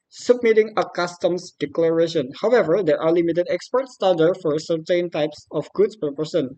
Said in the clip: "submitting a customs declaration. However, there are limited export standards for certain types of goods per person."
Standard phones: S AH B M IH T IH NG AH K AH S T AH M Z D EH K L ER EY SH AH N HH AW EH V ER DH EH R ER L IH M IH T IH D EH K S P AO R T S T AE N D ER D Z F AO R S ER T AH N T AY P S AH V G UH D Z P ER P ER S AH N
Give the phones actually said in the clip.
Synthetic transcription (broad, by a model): S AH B M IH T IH NG AH K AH S T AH M S D EH K L ER EY SH AH N HH AW EH V ER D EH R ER L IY M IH T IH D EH K S P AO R T S T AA D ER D F AO R S ER T AH N T AY P S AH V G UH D S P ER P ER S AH N